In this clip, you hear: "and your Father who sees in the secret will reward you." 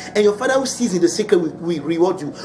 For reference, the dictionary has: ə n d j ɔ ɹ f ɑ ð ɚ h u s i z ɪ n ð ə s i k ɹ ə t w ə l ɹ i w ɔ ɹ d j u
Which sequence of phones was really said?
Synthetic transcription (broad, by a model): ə n j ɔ f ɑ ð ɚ h u s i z ɪ n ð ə s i k ə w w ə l ɹ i w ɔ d j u